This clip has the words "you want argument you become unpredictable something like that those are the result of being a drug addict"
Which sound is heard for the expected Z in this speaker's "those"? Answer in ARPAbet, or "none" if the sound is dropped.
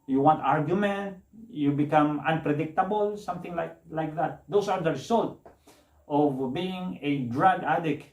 S